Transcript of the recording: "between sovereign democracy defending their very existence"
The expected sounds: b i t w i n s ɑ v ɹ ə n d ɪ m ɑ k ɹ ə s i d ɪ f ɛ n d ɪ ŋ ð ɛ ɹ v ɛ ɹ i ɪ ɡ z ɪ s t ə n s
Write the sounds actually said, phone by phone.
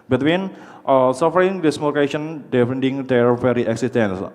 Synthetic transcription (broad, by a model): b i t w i n s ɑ f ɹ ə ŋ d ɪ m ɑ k ə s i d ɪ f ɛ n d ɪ ŋ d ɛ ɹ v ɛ ɹ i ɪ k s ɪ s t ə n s